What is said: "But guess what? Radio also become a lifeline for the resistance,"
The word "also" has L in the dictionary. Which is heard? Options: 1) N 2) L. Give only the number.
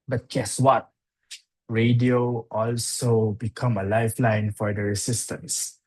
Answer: 2